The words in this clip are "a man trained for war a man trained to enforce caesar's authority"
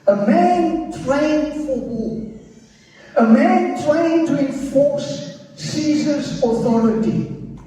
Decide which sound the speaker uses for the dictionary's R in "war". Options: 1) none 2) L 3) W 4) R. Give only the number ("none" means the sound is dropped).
2